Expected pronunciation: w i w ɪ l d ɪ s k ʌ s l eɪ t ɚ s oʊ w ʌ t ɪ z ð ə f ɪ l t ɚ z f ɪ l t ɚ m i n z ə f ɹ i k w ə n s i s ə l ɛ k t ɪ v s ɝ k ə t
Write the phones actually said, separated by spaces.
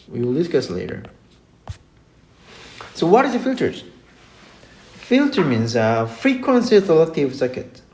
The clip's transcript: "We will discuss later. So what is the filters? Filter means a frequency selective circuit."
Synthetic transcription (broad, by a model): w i w ɪ l d ɪ s k ʌ s l eɪ t ɚ s oʊ w ʌ t ɪ z ð ə f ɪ l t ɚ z f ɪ l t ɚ m i n z ə f ɹ i k w ə n s i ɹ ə l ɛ t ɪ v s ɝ k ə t